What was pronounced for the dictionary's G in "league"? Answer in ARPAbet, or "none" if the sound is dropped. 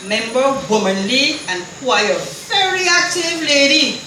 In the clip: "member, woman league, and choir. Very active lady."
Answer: none